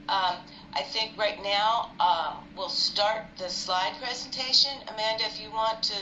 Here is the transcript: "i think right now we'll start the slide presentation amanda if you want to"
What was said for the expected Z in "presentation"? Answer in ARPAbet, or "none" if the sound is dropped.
Z